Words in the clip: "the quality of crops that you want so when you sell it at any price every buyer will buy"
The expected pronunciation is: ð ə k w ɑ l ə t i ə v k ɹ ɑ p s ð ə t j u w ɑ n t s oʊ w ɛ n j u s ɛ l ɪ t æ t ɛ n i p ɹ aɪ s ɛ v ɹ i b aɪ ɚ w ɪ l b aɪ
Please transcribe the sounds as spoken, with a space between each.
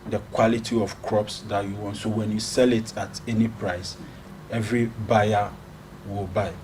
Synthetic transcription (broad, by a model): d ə k w ɑ l ə t i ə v k ɹ ɑ p s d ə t j u w ɑ n t s oʊ w ɛ n j u s ɛ l ɪ t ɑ t ɛ n i p ɹ aɪ s ɛ v ɹ i b aɪ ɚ w ɪ l b aɪ